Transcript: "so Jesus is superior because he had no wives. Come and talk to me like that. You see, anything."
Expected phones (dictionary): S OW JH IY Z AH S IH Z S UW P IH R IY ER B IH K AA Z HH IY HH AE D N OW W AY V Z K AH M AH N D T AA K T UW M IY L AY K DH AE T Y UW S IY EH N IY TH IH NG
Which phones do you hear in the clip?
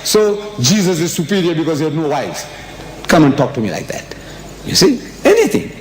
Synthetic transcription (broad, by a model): S OW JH IY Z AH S IH Z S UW P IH R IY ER B IH K AA Z HH IY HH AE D N OW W AY Z K AH M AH N T AA K T UW M IY L AY K DH AE T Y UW S IY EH N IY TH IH NG